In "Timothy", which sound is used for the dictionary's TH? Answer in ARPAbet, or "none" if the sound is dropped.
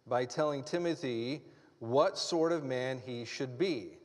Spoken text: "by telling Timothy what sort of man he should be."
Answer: TH